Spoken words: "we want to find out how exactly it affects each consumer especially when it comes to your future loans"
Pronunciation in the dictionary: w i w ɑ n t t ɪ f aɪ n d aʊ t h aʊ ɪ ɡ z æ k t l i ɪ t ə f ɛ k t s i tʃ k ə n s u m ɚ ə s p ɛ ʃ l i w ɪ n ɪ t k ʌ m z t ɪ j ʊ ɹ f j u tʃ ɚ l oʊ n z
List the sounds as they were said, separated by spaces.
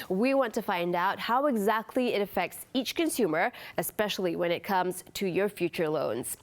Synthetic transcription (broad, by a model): w i w ɑ n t t ɪ f aɪ n d aʊ t h aʊ ɪ ɡ z æ k t l i ɪ t ə f ɛ k t s i tʃ k ə n s u m ɚ ə s p ɛ ʃ l i w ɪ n ɪ t k ʌ m z t ɪ j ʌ ɹ f j u tʃ ɚ l oʊ n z